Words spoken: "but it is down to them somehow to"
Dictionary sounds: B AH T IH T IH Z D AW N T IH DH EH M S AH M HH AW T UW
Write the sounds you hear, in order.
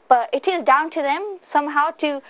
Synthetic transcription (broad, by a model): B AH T IH T IH Z D AW N T IH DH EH M S AH M HH AW T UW